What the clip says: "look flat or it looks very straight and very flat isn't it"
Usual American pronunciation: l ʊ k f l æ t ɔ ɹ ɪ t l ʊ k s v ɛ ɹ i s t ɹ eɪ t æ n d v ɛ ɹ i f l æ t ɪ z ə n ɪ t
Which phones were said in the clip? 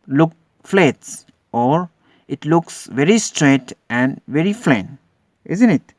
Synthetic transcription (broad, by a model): l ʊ k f l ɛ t ɔ ɹ ɪ t l ʊ k s v ɛ ɹ i s t ɹ eɪ t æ n d v ɛ ɹ i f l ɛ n ɪ z ə n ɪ t